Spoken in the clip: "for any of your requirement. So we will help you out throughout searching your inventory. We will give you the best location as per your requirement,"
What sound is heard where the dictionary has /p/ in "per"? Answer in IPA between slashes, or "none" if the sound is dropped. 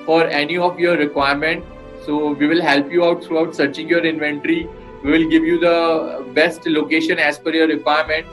/f/